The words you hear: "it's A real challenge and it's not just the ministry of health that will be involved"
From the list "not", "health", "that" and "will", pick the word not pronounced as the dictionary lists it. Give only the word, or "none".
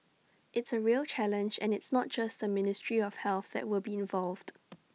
none